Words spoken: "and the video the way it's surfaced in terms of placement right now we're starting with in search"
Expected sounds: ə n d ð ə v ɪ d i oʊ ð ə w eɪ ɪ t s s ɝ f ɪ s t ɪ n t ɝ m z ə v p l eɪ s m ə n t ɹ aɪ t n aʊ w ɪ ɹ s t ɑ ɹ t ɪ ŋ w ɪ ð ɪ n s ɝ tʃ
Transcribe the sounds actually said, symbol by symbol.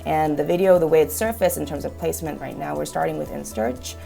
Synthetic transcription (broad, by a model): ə n ð ə v ɪ d i oʊ ð ə w eɪ ɪ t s s ɝ f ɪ s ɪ n t ɝ m z ə v p l eɪ s m ə n t ɹ aɪ t n aʊ w ɪ ɹ s t ɑ ɹ t ɪ ŋ w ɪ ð ɪ n s ɝ tʃ